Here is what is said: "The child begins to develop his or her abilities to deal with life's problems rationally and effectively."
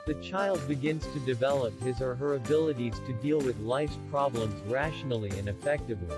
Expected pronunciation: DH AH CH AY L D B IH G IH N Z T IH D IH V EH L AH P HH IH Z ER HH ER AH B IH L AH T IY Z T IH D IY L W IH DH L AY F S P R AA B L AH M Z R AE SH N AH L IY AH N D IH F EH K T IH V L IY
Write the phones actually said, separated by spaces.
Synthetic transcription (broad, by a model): DH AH CH AY L D B IH G IH N Z T IH D IH V EH L AH P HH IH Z ER HH ER AH B IH L AH T IY Z T IH D IY L W IH DH L AY F S P R AA B L AH M Z R AE SH N L IY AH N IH F EH K T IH V L IY